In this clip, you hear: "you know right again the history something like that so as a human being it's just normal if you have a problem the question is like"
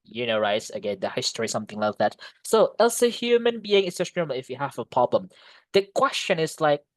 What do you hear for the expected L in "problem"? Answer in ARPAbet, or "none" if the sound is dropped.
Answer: L